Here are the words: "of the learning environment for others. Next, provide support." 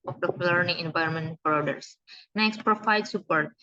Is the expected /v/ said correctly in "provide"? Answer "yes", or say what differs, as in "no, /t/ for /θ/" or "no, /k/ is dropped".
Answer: no, /f/ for /v/